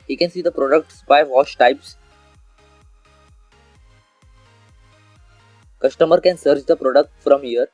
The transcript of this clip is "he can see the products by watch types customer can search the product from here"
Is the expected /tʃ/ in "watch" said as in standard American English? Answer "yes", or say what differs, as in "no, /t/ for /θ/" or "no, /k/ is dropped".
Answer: no, /ʃ/ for /tʃ/